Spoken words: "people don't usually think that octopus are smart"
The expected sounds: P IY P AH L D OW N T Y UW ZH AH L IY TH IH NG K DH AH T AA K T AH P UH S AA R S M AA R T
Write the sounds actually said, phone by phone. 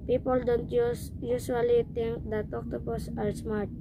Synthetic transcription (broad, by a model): P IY P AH L D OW N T Y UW SH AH L IY T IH NG K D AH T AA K T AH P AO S AA R S M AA R T